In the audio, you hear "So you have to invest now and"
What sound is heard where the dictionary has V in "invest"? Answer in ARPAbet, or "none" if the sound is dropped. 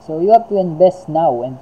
B